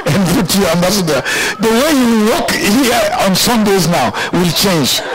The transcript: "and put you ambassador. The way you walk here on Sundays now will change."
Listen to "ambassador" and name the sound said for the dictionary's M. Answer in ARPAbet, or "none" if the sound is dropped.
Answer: M